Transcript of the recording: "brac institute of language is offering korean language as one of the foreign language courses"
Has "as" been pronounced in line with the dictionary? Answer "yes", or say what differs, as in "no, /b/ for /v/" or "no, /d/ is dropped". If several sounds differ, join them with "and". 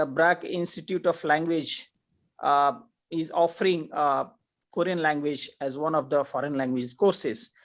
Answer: yes